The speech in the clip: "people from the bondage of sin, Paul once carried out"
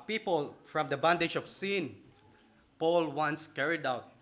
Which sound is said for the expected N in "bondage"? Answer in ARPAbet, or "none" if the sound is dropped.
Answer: N